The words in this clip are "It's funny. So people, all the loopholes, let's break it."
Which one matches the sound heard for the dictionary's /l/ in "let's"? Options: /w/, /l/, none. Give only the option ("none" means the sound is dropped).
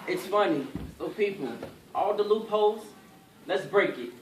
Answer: /l/